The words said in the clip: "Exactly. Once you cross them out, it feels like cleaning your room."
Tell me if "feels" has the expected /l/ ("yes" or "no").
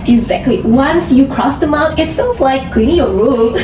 no